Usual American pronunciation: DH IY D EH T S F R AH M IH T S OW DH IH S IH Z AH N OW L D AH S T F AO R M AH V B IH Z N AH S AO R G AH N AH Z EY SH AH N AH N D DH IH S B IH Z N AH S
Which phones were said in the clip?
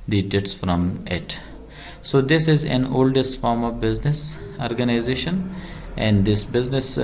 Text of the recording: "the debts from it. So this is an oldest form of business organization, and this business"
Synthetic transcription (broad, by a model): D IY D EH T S F R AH M IH T S OW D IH S IH Z AH N OW L D AH S T F AO R M AH V B IH Z N AH S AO R G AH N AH Z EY SH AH N AH N D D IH S B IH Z N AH S